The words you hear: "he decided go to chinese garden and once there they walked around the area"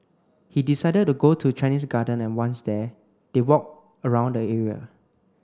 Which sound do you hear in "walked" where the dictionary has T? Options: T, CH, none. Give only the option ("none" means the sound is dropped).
none